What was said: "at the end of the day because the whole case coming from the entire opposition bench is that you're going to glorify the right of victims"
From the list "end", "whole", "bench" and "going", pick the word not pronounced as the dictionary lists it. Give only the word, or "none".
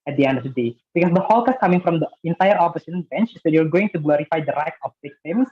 none